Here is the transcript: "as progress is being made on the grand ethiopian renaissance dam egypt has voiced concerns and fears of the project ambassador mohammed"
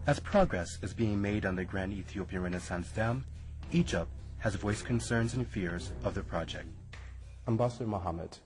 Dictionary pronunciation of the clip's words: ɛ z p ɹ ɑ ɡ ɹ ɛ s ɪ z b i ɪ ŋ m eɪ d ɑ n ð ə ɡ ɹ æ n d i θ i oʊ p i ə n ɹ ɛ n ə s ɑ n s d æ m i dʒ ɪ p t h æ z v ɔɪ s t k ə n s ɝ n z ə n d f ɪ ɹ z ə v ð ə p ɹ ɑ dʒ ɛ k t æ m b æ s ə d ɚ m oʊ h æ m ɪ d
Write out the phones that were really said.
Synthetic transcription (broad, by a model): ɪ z p ɹ ɑ ɡ ɹ ɛ s ɪ z b i ɪ ŋ m eɪ d n ð ə ɡ ɹ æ n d i θ i oʊ p i ə n ɹ ɛ n ə s ɑ n s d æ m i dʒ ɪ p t h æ z v ɔɪ s k ə n s ɝ n z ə n f ɪ ɹ z ə v ð ə p ɹ ɑ dʒ ɛ k t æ m b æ s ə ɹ m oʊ h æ m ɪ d